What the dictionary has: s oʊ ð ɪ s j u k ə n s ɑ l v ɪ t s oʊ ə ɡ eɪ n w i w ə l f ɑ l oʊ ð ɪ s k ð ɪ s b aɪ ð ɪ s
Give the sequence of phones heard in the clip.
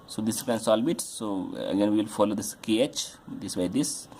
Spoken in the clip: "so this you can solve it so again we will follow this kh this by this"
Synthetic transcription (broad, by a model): s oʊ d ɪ s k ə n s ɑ l b ɪ t s oʊ ə ɡ eɪ n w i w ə l f ɑ l oʊ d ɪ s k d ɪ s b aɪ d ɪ s